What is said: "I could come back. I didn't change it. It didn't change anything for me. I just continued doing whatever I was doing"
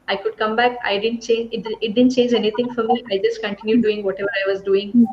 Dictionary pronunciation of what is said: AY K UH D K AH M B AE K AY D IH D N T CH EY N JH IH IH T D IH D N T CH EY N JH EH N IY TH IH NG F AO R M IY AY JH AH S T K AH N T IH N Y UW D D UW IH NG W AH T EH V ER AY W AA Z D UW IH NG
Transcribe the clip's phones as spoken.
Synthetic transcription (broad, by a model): AY K UH D K AH M B AE K AY D IH D N T CH EY N JH IH IH T D IH D N T CH EY N JH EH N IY T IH NG F AO R M IY AY JH AH S T K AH N T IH N Y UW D D UW IH NG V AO T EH V ER AY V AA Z D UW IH NG